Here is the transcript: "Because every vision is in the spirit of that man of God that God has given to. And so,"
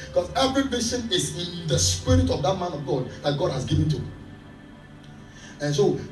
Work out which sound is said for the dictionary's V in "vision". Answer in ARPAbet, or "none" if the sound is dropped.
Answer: B